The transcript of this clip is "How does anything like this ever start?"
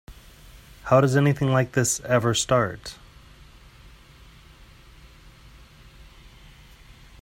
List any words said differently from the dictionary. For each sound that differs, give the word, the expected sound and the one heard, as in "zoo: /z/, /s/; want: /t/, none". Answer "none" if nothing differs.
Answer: none